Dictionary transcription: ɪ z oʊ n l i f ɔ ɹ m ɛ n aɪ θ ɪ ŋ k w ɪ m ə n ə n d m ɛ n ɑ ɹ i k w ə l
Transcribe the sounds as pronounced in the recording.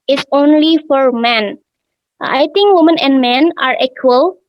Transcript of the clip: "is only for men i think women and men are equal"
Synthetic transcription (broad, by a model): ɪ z oʊ n l i f ɔ ɹ m ɛ n aɪ t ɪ ŋ k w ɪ m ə n ə n d m ɛ n ɑ ɹ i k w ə l